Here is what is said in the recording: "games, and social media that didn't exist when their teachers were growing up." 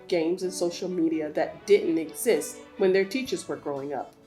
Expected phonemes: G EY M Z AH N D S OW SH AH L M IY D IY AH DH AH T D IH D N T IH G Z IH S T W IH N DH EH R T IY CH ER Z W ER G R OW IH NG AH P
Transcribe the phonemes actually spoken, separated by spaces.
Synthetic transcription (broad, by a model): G EY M Z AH N S OW SH L M IY D IY AH DH AH T D IH D N T IH G Z IH S T W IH N DH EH R T IY CH ER Z W ER G R OW IH NG AH P